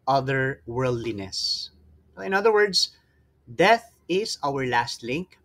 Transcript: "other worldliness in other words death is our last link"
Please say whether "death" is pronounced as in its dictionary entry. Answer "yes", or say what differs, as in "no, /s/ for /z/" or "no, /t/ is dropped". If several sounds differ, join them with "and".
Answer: yes